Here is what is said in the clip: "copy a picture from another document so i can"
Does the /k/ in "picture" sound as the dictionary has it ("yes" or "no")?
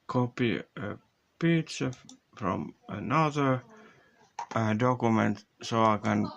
no